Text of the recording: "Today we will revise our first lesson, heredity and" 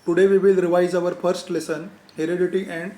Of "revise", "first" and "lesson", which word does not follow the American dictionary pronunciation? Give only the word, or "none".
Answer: none